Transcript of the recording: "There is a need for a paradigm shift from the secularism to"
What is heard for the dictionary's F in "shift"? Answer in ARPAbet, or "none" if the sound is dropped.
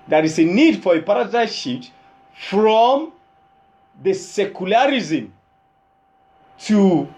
none